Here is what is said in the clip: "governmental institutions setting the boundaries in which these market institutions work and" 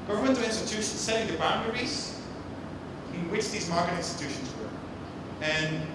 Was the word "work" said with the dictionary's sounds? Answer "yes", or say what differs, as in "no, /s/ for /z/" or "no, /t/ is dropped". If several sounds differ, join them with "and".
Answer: no, /k/ is dropped